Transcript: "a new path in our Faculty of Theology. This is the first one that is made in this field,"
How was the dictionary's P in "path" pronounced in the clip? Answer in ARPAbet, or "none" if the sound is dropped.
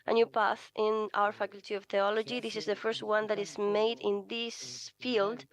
P